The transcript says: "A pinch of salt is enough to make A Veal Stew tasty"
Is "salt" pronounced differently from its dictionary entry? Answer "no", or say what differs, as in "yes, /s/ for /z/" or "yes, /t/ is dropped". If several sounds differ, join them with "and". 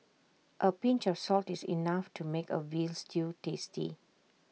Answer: no